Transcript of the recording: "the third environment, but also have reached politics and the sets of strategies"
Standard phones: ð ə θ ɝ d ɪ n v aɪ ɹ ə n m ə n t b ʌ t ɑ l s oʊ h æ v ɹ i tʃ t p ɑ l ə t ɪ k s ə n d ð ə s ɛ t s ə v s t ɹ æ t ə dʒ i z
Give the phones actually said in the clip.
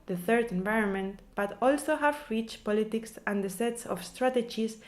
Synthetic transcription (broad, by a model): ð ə θ ɝ d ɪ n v aɪ ɹ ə n m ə n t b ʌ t ɑ l s oʊ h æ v ɹ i tʃ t p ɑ l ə t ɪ k s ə n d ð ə s ɛ t s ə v s t ɹ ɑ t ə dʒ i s